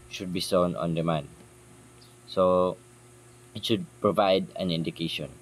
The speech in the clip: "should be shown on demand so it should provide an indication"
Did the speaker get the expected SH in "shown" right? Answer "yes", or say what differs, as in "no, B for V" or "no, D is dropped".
no, S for SH